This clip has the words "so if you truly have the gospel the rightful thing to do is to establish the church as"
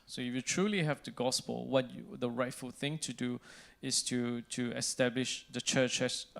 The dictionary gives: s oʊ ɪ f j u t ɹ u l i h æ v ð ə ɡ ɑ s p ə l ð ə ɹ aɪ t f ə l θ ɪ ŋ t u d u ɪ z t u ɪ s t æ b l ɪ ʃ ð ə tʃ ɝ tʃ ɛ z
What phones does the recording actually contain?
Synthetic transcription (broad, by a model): s oʊ ɪ f j u t ɹ u l i h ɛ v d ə ɡ ɑ s p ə l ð ə ɹ aɪ t f ə l θ ɪ ŋ t u d u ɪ s t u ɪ s t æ b l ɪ ʃ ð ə tʃ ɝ tʃ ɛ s